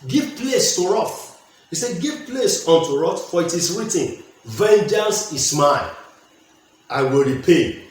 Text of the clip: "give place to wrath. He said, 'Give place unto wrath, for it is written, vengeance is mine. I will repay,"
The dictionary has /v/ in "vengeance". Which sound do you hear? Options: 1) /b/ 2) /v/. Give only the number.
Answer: 2